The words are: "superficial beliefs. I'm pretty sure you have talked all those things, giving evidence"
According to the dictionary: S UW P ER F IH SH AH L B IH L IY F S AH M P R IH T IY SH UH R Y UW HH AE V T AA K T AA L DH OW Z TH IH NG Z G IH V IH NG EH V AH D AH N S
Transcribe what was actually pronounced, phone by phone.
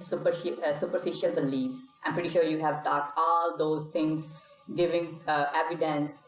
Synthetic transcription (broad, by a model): S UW P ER F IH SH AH L B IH L IY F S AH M P R IH T IY SH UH R Y UW HH AE V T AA T AA L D OW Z T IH NG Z G IH V IH NG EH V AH D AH N S